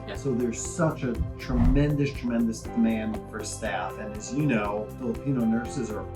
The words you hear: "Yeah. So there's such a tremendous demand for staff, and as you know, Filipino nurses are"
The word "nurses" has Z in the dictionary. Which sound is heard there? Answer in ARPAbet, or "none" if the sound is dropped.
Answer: Z